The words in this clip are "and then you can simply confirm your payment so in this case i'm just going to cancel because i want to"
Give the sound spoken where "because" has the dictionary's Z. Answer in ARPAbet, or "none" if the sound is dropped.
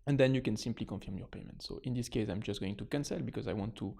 Z